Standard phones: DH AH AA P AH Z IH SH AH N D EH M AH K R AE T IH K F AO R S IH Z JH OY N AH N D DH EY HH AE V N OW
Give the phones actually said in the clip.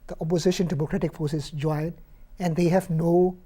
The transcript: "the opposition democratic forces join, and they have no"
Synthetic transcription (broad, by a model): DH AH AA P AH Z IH SH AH N D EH M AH K R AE T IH K F AO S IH S JH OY N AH N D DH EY HH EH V N OW